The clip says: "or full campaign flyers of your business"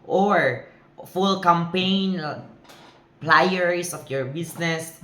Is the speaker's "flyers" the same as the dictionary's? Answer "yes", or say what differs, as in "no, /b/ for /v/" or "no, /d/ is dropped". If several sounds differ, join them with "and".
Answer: no, /p/ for /f/ and /s/ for /z/